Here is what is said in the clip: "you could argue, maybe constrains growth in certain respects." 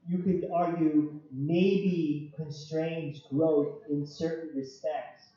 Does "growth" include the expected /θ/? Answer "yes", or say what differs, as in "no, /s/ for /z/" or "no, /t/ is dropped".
yes